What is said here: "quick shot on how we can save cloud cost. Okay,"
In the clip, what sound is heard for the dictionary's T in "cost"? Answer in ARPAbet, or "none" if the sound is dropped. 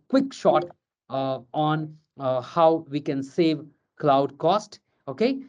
T